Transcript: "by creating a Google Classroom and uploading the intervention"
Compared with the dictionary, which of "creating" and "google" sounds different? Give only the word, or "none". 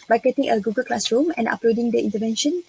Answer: creating